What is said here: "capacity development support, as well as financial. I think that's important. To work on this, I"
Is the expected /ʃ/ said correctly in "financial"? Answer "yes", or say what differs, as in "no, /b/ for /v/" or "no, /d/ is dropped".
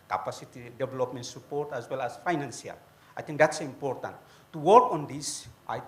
no, /s/ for /ʃ/